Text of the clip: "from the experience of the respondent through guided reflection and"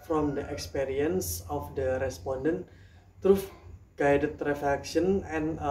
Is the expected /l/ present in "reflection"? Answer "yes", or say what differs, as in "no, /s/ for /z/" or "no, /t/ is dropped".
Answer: no, /l/ is dropped